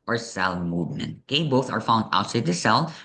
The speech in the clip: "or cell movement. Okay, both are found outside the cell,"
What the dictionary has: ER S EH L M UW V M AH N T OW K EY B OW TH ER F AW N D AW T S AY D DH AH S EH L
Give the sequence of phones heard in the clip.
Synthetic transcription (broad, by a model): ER S EH L M UW V M AH N T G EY B OW TH ER F AW N D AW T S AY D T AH S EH L